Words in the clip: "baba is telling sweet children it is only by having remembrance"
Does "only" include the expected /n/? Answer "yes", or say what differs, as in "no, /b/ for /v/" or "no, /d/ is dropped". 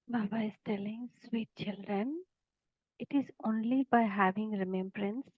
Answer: yes